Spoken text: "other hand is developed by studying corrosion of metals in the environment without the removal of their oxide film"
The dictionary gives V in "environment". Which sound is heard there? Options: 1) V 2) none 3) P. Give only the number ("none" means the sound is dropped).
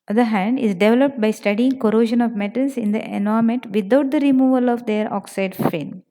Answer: 2